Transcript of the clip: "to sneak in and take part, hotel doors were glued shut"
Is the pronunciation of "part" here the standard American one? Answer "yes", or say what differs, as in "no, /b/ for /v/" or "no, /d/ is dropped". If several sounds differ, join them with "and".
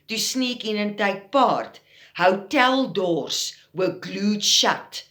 yes